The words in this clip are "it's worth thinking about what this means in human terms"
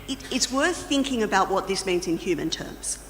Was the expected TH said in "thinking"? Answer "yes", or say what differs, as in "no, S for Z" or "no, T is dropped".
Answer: yes